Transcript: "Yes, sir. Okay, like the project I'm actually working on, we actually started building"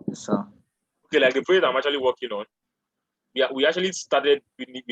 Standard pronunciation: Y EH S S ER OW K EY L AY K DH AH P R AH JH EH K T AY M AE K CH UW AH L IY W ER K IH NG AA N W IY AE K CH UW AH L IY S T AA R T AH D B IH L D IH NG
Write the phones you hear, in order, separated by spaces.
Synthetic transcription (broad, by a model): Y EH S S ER OW K EY L AY K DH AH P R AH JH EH T AY M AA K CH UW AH L IY W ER K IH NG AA N W IY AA K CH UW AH L IY S T AA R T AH D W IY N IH